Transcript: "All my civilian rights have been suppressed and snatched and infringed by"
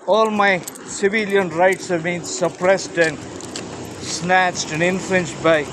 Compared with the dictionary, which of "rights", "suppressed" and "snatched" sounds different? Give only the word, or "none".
none